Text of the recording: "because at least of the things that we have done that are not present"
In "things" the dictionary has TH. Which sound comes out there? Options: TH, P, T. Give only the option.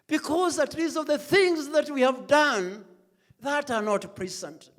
TH